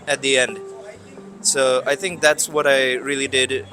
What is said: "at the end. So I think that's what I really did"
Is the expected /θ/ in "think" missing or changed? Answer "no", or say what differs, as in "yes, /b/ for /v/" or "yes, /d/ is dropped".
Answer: no